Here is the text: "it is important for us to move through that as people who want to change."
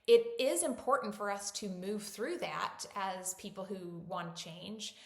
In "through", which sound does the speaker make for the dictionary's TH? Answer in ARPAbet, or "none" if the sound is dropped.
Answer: TH